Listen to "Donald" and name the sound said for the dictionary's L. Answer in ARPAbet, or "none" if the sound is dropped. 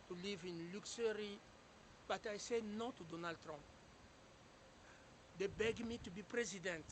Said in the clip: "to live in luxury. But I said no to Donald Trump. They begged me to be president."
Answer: L